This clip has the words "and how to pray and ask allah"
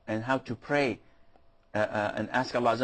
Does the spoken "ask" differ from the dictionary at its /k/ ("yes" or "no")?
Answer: no